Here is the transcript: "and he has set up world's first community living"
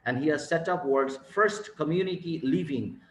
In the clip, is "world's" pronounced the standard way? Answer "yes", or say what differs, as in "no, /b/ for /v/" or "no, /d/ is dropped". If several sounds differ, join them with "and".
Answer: no, /l/ is dropped